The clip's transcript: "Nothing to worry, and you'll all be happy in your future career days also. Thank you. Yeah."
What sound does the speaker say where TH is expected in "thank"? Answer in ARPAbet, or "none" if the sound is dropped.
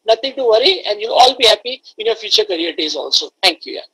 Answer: T